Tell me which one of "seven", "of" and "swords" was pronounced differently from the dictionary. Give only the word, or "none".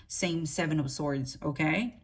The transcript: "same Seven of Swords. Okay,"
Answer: of